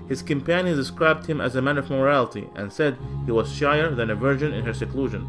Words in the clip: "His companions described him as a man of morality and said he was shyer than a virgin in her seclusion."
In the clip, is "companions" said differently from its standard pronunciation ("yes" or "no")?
yes